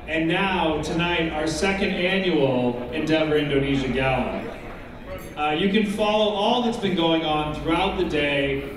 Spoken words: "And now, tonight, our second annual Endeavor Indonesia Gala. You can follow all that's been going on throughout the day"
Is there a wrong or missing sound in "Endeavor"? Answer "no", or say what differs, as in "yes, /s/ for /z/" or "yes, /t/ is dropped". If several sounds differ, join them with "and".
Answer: no